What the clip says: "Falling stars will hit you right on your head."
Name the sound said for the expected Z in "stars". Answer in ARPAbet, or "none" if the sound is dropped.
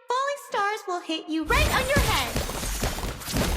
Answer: Z